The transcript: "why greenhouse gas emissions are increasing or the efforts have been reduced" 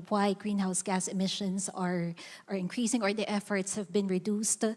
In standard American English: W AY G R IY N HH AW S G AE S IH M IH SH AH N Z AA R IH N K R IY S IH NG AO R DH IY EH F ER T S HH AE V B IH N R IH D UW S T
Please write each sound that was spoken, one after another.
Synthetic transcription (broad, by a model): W AY G R IY N HH AW S G AE S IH M IH SH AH N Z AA R IH N K R IY S IH NG AO R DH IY EH F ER T S HH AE V B IH N R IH D UW S T